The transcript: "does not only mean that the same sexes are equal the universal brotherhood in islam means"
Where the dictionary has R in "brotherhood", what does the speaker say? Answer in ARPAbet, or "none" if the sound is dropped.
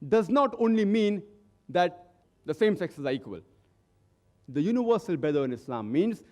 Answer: none